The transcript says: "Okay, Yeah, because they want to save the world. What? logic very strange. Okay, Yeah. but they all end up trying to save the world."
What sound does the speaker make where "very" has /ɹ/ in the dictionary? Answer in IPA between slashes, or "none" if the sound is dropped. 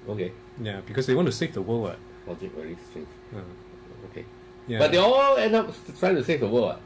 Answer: /l/